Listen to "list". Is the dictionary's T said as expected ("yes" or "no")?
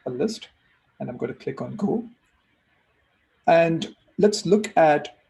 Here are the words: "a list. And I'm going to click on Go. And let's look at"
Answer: yes